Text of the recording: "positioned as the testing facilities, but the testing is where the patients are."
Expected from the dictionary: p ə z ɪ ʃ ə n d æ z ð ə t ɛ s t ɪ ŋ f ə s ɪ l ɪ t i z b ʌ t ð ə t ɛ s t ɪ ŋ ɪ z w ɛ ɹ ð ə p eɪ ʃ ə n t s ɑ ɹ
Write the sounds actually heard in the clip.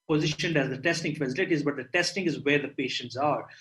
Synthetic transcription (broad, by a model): p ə z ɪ ʃ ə n d æ z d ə t ɛ s t ɪ ŋ f ə s ɪ l ɪ t i z b ʌ t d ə t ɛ s t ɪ ŋ ɪ z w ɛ ɹ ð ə p eɪ ʃ ə n t s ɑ ɹ